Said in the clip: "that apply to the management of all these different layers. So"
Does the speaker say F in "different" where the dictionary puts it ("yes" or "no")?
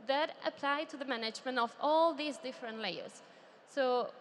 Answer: yes